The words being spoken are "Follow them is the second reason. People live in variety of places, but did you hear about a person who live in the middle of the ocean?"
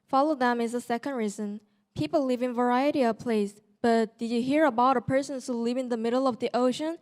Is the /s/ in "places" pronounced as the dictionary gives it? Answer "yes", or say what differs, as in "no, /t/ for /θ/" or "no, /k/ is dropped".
no, /s/ is dropped